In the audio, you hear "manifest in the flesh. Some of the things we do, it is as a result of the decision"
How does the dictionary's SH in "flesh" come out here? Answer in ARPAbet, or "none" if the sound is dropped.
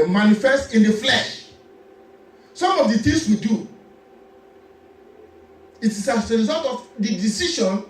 SH